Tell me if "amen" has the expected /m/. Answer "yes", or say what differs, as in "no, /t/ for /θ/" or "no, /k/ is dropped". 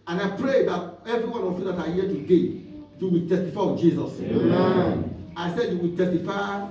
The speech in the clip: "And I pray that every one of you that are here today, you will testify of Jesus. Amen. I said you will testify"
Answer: no, /m/ is dropped